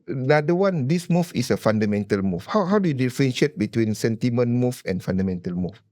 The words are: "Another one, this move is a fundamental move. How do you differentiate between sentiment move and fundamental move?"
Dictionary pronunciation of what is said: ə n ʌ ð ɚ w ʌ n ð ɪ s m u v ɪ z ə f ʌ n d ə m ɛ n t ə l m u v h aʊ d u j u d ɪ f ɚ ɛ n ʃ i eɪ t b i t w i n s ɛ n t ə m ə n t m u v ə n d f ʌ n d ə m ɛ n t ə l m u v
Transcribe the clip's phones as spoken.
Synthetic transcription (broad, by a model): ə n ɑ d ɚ w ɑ n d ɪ s m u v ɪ s ə f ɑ n d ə m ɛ n t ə l m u w h aʊ d u j u d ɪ f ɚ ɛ n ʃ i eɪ t b i t w i n s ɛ n t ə m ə n m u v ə n f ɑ n d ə m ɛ n t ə l m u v